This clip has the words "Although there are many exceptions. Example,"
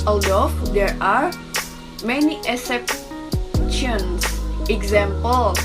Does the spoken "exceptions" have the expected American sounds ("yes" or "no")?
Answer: no